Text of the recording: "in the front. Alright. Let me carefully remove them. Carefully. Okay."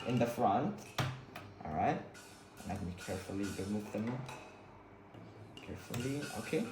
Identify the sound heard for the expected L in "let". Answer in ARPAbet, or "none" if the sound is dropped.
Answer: N